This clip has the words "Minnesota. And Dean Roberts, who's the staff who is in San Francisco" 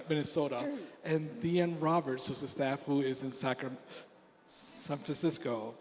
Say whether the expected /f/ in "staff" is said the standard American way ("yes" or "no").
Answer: yes